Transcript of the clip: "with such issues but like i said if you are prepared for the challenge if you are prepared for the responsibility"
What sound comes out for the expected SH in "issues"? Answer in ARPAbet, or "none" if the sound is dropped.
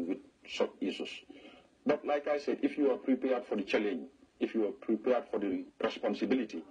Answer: S